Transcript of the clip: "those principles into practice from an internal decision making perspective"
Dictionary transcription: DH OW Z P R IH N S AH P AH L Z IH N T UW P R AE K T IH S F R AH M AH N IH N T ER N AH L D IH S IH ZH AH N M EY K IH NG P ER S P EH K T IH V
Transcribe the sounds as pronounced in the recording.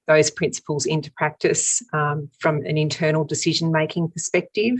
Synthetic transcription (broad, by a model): DH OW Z P R IH N S AH P AH L Z IH N T UW P R AE K T IH S F R AH M AH N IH N T ER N L D IH S IH ZH AH N M EY K IH NG P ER S P EH K T IH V